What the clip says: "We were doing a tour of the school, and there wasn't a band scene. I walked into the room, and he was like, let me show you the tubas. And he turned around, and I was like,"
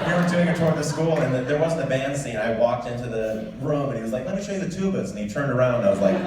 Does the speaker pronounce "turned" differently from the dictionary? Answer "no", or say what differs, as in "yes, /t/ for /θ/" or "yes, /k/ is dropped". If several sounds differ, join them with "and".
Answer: no